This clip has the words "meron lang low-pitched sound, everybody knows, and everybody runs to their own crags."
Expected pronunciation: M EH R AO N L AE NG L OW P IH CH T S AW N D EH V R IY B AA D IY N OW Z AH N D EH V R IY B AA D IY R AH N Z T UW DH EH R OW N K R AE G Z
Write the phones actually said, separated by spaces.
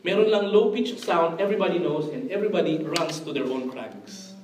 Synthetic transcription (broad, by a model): M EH R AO N L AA NG L OW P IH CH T S AW N D EH V R IY B AA D IY N OW S AH N D EH V R IY B AA D IY R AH N S T UW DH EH R OW N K R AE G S